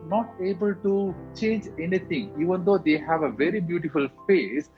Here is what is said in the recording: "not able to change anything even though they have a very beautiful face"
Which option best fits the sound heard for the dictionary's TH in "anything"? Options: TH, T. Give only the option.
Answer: T